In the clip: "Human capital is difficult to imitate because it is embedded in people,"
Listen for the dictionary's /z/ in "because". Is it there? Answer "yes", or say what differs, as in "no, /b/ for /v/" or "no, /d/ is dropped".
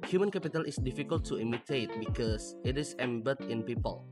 no, /s/ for /z/